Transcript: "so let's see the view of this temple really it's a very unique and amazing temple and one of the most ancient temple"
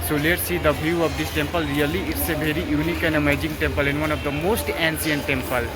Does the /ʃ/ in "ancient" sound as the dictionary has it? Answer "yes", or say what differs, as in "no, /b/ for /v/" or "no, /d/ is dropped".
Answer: no, /s/ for /ʃ/